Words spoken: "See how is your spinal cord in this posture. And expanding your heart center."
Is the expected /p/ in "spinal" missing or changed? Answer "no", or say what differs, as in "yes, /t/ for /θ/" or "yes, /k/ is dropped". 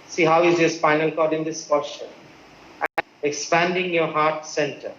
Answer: yes, /f/ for /p/